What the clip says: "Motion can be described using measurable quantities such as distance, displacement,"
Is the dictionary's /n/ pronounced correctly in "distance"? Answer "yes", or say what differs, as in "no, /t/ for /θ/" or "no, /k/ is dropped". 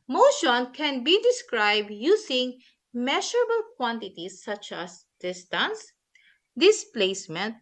yes